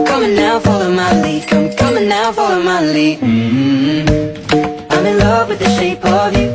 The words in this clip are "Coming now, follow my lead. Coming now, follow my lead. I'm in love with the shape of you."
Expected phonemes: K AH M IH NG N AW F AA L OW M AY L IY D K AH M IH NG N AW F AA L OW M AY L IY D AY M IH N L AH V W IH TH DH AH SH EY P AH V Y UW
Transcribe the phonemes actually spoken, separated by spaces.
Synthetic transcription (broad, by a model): K AH M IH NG N AW F AA L OW M AY L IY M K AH M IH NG N AW F AA L OW M AY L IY AY M IH N L AH V W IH DH AH SH EY P AH V Y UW